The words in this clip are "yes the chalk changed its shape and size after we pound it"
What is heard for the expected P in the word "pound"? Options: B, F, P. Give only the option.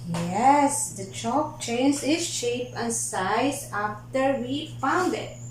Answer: F